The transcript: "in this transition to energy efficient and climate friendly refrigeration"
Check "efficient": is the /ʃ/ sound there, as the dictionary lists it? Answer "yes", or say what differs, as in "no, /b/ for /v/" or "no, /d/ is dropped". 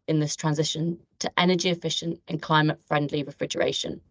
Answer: yes